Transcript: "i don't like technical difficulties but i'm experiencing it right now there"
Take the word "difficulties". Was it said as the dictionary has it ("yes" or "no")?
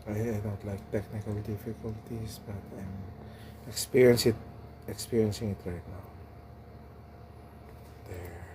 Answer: no